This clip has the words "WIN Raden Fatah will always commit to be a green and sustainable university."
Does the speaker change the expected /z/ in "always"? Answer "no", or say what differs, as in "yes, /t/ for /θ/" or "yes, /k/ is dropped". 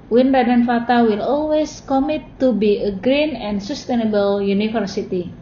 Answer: yes, /s/ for /z/